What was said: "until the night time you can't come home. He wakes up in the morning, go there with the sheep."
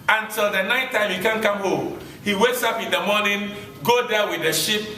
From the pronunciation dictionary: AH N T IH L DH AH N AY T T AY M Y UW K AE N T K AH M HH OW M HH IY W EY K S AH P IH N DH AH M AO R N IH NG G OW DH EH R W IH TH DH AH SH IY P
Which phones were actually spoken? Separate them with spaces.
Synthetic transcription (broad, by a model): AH N T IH L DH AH N AY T T AY M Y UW K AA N K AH M HH OW M HH IY W EY K S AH P IH N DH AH M AO N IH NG G OW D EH W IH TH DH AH SH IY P